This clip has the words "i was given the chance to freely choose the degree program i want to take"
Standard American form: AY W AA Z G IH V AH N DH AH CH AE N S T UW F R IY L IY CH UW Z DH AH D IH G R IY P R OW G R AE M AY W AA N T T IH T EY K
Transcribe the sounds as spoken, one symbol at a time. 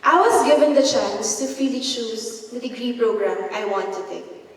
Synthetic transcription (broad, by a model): AY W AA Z G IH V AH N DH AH CH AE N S T UW F IY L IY SH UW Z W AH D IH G R IY P R OW G R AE M AY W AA N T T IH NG K